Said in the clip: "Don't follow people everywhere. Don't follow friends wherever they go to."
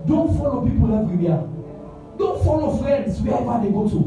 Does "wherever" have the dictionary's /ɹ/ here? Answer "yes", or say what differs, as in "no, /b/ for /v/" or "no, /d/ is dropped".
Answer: no, /ɹ/ is dropped